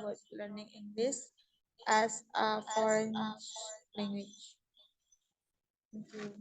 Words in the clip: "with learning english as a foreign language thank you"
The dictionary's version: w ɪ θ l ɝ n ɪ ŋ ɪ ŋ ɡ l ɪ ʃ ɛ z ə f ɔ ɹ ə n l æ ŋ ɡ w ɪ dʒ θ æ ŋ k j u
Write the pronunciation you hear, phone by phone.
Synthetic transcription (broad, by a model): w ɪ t l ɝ n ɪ ŋ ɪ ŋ ɡ l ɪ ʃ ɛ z ə f ɔ ɹ ə n l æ ŋ ɡ w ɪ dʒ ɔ k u